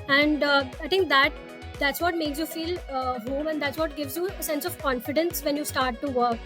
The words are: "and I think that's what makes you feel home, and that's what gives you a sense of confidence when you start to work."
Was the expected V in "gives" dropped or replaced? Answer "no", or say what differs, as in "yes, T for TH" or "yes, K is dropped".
no